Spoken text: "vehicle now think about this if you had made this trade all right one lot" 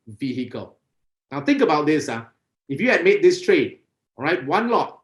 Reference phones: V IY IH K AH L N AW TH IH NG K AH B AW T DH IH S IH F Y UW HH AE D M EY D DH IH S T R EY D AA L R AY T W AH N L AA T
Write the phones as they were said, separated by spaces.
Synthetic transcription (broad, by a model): V IY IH K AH L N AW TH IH NG K AH B AW T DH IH S IH F Y UW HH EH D M EY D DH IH S T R EY AA R AY T W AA N L AA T